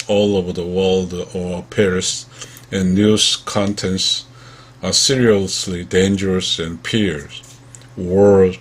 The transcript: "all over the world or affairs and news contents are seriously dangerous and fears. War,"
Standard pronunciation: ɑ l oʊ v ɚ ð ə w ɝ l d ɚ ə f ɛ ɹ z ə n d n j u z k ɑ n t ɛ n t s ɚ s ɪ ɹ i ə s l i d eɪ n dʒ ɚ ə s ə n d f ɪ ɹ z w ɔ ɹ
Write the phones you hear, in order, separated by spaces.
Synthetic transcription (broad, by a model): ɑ l oʊ v ɚ ð ə w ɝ l d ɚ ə p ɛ ɹ ə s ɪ n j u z k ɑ n t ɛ n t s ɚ s ɪ ɹ i ə s l i d eɪ n dʒ ɚ ə s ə n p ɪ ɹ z w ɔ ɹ